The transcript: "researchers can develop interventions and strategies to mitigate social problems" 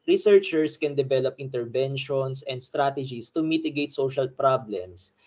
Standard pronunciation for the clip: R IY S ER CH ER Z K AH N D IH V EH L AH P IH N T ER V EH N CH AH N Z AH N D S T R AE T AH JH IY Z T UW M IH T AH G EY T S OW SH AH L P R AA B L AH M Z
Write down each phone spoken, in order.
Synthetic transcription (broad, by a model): R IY S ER CH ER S K AH N D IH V EH L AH P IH N T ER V EH N SH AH N S AH N D S T R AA T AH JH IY S T UW M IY T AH G EY T S OW SH AH L P R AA B L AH M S